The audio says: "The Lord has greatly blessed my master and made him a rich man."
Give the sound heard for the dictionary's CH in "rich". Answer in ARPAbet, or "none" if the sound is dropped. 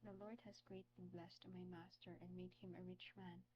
CH